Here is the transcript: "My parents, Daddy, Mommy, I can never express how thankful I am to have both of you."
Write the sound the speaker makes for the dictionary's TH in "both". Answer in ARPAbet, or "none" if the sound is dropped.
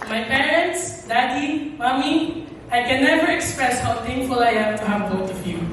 T